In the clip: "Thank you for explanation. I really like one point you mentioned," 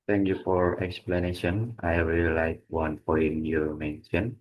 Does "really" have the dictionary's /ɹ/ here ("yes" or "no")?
no